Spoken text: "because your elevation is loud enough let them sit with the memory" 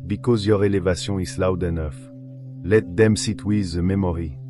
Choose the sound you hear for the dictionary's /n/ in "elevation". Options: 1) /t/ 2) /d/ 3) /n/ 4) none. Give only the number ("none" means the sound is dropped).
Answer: 4